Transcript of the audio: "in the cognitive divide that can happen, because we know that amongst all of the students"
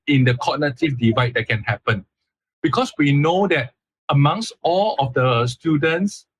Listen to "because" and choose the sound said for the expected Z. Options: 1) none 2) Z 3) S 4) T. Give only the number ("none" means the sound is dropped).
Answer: 3